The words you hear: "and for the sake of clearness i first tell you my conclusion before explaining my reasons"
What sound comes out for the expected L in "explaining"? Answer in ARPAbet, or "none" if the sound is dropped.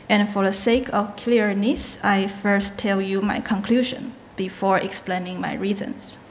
L